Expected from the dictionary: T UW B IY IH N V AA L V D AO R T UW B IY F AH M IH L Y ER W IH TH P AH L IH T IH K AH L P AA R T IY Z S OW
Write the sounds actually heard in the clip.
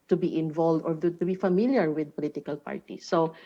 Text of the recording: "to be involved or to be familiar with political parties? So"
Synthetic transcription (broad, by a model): T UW B IY IH N V AA L V D AO R T UW B IY F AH M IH L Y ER W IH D P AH L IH T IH K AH L P AA R T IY S OW